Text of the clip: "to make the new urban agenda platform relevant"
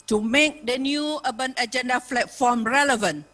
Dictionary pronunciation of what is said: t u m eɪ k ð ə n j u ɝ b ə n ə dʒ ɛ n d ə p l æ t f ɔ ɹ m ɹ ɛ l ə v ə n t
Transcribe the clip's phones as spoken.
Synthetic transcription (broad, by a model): t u m eɪ k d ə n j u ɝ b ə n ə dʒ ɛ n d ə f l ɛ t f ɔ m ɹ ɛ l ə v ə n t